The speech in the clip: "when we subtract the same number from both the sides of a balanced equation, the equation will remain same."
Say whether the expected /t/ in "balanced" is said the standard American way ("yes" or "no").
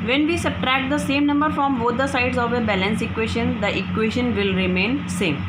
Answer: no